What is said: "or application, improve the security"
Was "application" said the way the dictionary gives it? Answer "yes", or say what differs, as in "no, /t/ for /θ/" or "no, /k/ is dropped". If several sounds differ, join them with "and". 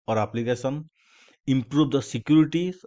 no, /s/ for /ʃ/